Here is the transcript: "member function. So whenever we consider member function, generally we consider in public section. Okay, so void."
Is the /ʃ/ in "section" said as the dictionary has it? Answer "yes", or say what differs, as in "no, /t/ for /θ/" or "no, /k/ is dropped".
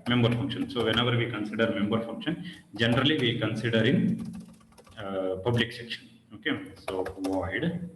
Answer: yes